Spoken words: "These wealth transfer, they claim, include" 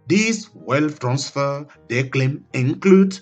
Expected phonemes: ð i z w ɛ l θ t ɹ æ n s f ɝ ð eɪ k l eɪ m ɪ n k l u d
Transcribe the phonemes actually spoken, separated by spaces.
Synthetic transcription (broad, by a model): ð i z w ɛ l f t ɹ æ n s f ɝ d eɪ k l eɪ m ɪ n k l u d